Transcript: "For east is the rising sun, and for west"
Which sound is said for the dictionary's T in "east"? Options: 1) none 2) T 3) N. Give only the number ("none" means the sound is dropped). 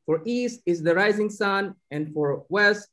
2